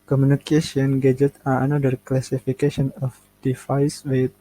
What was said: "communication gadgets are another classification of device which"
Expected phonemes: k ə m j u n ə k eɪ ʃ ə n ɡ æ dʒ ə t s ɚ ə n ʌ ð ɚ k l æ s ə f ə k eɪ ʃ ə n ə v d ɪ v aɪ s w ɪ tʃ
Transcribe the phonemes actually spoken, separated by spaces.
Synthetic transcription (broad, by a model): k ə m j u n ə k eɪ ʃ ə n ɡ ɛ dʒ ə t ɑ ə n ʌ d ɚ k l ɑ s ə f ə k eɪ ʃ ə n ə f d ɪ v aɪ s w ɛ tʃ